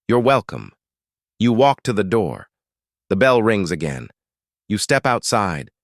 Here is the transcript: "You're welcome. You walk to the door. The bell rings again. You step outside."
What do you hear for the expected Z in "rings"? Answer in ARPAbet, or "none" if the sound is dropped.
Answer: Z